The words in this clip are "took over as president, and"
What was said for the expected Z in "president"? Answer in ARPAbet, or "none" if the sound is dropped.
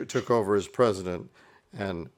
Z